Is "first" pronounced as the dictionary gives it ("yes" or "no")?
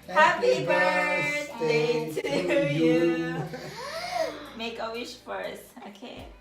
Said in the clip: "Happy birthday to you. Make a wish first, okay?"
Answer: no